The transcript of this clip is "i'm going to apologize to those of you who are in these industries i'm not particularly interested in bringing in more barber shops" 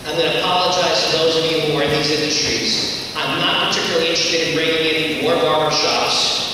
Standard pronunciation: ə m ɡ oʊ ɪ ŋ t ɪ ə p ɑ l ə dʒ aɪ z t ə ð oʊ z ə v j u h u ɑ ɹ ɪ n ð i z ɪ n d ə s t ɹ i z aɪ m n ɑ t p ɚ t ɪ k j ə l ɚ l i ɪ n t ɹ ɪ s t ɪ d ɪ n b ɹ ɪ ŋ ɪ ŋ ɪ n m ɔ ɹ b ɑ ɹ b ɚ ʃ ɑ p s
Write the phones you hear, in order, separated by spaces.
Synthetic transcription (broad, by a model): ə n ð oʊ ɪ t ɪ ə p ɑ l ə dʒ aɪ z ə ð oʊ z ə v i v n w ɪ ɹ ð i z ɪ n d ə s t ɹ i z aɪ m n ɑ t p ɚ t ɪ k j l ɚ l i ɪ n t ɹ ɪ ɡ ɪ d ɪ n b ɹ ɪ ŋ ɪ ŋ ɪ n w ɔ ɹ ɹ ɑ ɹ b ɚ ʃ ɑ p s